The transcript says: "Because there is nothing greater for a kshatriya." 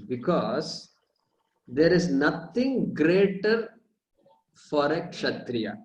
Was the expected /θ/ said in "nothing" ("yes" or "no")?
no